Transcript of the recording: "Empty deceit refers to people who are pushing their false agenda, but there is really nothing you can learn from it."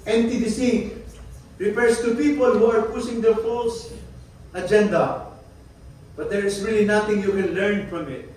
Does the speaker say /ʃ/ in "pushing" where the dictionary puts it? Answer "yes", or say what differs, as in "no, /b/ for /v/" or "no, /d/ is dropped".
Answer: no, /s/ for /ʃ/